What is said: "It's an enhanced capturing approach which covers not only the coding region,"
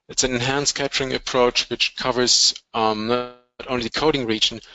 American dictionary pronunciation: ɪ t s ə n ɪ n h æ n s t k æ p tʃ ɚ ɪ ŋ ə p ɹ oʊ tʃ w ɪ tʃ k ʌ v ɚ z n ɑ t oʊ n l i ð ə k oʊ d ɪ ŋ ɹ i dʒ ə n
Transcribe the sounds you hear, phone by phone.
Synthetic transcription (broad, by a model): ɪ t s ə n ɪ n h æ n s k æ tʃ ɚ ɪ ŋ ə p ɹ oʊ tʃ w ɪ tʃ k ʌ v ɚ z n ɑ t oʊ n l i ð ə k oʊ d ɪ ŋ ɹ i dʒ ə n